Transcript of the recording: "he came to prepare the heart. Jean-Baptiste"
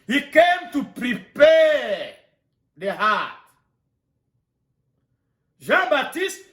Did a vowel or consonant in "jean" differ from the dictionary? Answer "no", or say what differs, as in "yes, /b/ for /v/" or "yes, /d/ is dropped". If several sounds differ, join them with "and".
yes, /ʒ/ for /dʒ/